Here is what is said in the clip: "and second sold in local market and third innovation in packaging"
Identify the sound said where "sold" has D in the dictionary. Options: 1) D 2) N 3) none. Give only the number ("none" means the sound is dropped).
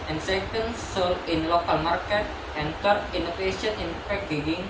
3